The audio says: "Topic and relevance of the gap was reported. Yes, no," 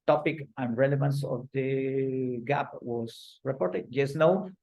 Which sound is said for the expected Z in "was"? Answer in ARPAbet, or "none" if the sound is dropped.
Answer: S